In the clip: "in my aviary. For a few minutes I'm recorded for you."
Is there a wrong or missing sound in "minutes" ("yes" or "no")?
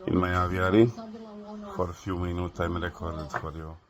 yes